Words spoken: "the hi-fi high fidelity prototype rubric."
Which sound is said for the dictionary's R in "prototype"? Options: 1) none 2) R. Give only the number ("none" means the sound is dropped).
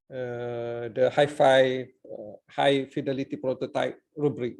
2